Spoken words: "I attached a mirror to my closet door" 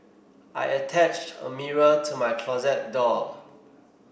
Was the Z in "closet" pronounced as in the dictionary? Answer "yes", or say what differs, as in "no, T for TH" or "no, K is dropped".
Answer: yes